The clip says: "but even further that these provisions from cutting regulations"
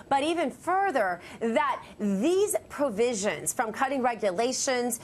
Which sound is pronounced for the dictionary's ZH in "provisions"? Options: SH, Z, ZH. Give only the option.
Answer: ZH